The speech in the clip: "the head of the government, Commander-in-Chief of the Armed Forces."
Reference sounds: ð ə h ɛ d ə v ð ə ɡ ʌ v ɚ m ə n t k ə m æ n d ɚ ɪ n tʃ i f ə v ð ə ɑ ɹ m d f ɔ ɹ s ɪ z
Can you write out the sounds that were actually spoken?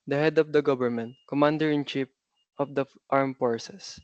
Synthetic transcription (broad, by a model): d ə h ɛ d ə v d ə ɡ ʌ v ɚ m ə n t k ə m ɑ n d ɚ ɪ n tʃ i p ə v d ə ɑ ɹ m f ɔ ɹ s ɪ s